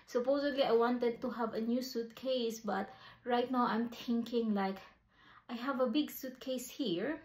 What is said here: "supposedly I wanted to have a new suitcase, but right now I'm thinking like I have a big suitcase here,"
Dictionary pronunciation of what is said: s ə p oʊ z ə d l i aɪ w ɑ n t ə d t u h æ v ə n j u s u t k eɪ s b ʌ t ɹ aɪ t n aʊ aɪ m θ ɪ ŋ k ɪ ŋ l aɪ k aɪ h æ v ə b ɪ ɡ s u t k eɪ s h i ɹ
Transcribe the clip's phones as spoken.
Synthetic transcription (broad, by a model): s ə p oʊ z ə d l i aɪ w ɑ n t ə d t u h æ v ə n j u s u t k eɪ s b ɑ t ɹ aɪ t n aʊ aɪ m t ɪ ŋ k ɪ ŋ l aɪ k aɪ h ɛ v ə b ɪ ɡ s u t k eɪ s h i ɹ